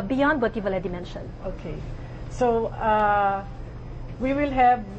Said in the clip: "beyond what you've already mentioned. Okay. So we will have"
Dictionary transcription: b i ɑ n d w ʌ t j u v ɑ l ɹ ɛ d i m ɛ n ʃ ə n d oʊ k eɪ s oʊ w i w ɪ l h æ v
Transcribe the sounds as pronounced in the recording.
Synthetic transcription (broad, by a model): b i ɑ n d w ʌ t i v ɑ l ɛ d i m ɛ n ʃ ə n oʊ k eɪ s oʊ w i w ɪ l h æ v